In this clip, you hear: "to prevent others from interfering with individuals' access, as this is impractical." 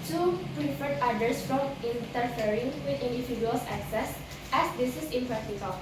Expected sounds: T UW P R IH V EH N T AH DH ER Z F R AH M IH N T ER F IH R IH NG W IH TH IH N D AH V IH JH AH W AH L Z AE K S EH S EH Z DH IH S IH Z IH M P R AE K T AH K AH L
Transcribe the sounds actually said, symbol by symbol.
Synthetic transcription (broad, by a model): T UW P R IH F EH T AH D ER S F R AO M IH N T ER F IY R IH NG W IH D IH N D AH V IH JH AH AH L S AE K S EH S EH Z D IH S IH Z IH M P R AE K T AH K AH L